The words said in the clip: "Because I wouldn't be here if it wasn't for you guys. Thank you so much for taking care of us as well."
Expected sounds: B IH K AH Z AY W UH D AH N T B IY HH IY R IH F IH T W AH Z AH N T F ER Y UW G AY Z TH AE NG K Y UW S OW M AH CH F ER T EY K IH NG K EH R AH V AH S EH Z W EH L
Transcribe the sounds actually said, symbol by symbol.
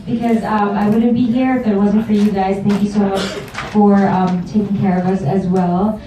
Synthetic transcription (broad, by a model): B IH K AH Z AY W UH D N B IY HH IY R IH F IH T W AH Z AH N T F ER Y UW G AY Z TH AE NG K Y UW S OW M AH CH F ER T EY K IH NG K EH R AH V AH S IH Z W EH L